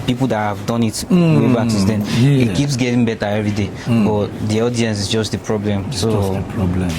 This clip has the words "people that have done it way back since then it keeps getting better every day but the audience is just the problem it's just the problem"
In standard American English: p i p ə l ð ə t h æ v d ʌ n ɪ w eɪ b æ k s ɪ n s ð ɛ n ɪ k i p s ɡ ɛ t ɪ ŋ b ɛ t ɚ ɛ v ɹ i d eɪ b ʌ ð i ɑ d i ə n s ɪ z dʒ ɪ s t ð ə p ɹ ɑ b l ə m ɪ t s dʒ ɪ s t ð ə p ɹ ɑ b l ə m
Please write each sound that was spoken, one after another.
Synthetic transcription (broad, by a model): p i p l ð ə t h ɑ v d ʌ n ɪ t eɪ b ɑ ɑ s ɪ s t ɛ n ɪ k i p s ɡ ɛ t ɪ ŋ b ɛ t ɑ ɛ v ɹ i d eɪ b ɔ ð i ɑ d i ə n s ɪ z dʒ ɪ s t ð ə p ɹ ɑ b l ə m s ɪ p ɹ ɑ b l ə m